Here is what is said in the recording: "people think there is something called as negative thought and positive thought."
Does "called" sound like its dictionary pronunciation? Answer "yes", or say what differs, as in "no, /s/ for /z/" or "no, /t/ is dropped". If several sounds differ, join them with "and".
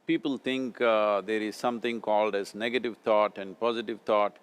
yes